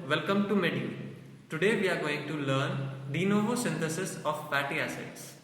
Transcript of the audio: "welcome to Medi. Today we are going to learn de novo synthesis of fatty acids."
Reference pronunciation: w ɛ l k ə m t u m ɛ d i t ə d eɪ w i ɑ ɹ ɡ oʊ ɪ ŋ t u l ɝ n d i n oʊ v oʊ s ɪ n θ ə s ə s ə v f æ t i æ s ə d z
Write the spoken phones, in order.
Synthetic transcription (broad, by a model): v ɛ l k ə m t u m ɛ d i t ə d eɪ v i ɑ ɹ ɡ oʊ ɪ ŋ t u l ɝ n d i n oʊ v oʊ s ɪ n t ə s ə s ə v p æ t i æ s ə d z